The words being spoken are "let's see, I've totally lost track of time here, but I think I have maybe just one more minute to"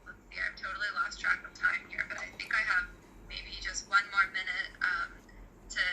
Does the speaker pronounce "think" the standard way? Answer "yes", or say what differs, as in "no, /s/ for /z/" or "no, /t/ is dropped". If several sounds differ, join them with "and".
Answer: yes